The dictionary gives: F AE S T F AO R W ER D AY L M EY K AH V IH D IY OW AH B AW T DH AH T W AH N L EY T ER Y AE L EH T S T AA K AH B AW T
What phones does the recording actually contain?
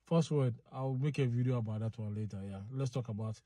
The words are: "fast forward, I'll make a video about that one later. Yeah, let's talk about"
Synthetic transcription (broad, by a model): F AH S T W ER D AY W M EY K AH V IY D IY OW AH B AW T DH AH T W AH N L EY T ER Y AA L EH T S T AA K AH B AW T